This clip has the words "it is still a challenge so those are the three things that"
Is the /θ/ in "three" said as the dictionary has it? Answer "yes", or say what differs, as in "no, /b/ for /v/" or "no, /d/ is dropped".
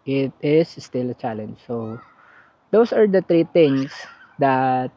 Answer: no, /t/ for /θ/